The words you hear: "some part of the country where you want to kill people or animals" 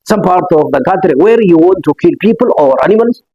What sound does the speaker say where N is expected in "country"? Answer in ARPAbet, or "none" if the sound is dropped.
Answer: none